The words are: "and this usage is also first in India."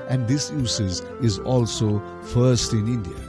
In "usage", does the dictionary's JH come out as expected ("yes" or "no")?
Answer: no